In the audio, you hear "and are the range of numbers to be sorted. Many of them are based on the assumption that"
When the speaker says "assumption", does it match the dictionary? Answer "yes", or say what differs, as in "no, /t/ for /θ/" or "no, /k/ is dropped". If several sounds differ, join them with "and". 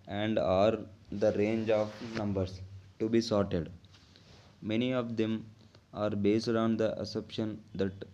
no, /m/ is dropped